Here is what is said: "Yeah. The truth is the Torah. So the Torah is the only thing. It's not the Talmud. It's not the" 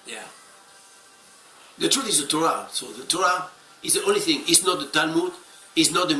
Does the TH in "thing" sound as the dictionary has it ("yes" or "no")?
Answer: yes